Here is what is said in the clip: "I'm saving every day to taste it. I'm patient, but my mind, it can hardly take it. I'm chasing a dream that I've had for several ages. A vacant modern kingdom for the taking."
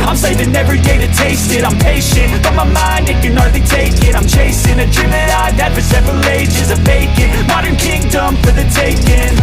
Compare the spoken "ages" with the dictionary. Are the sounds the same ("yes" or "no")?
yes